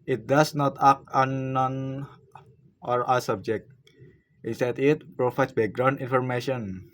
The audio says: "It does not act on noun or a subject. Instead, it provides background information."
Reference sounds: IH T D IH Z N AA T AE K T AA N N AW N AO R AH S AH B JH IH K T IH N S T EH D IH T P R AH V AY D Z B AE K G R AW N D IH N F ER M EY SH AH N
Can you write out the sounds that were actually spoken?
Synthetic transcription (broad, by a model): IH T D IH S N AA T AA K AA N N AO N AO R AH S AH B JH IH K T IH N S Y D IH T P R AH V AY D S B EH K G R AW N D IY N F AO M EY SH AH N